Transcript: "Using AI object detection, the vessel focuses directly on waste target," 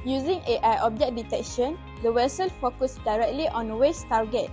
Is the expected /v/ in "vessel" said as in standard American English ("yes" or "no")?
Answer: no